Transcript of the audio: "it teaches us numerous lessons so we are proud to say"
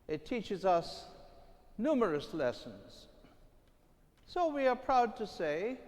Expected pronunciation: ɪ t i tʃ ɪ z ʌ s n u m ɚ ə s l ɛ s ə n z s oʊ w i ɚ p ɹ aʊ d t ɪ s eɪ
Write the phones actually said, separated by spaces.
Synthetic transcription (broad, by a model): ɪ t i tʃ ɪ z ʌ s n u m ɚ ə s l ɛ s ə n z s oʊ w i ɚ p ɹ aʊ d t ɪ s eɪ